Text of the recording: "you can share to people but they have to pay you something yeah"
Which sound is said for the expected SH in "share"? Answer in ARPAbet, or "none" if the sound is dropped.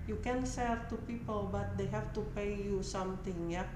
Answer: S